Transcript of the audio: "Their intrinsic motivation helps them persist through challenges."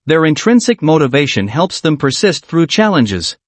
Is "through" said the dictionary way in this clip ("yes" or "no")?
yes